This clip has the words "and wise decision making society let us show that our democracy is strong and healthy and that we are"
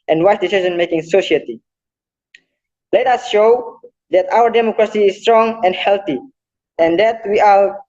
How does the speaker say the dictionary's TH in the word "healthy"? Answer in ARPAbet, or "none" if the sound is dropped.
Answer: T